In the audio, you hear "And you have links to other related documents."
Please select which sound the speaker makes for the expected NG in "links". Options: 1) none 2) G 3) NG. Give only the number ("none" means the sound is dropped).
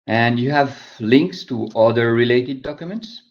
3